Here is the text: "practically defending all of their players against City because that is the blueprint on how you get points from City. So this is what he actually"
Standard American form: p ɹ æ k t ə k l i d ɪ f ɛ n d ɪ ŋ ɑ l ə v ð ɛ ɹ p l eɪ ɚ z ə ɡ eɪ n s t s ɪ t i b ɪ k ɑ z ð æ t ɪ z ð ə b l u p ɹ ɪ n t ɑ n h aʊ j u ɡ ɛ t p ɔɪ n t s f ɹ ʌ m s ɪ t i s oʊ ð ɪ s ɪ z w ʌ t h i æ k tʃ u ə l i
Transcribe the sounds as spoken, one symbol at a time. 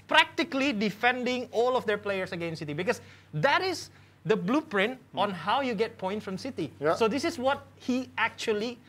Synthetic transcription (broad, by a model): p ɹ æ k t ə k l i d ɪ f ɛ n d ɪ ŋ ɑ l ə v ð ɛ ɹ p l eɪ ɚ s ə ɡ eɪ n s s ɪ t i b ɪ k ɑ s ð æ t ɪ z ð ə b l u p ɹ ɪ n t ɑ n h aʊ j u ɡ ɛ t p ɔɪ n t f ɹ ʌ m s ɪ t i s oʊ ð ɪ s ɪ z w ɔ t h i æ k tʃ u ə l i